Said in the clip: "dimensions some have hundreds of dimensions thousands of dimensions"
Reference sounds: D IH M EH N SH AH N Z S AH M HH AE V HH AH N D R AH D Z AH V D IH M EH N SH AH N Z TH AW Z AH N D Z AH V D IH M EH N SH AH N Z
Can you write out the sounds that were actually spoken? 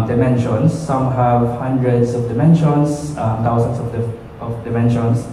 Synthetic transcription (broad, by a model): D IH M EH N SH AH N S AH M HH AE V HH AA N D R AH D S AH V D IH M EH N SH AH N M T AW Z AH N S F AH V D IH M EH N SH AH N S